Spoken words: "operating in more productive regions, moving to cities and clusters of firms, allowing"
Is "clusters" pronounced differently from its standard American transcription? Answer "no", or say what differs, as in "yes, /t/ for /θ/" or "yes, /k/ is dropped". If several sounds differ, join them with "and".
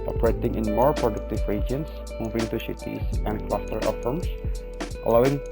yes, /z/ is dropped